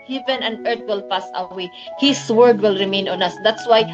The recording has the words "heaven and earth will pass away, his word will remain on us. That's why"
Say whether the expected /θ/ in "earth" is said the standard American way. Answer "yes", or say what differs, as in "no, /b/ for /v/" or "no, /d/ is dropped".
no, /t/ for /θ/